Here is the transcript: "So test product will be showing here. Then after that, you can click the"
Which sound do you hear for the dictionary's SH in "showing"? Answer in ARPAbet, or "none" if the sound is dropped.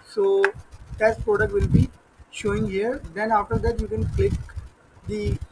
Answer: SH